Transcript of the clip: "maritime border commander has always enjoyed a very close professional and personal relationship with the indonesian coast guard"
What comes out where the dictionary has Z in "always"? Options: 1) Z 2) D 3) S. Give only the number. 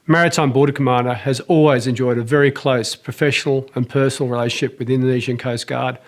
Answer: 1